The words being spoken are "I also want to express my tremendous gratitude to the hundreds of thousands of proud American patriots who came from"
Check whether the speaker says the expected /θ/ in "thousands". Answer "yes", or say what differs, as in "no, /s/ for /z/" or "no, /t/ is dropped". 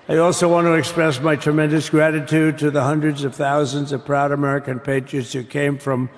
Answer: yes